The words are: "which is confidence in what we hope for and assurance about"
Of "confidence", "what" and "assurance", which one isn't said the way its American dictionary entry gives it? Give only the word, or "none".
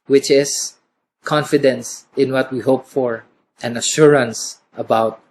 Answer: none